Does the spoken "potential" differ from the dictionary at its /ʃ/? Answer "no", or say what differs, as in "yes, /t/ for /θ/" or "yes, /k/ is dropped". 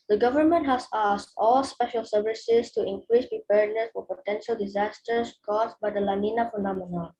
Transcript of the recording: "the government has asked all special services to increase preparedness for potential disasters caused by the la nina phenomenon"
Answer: no